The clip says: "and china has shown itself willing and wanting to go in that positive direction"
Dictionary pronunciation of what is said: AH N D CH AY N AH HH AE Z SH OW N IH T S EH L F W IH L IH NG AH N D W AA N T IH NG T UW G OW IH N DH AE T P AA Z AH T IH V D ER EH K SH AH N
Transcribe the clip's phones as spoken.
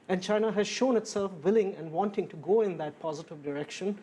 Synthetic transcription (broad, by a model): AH N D CH AY N AH HH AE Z SH OW N IH T S EH L F W IH L IH NG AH N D W AA N T IH NG T UW G OW IH N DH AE T P AA Z AH T IH V D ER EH K SH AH N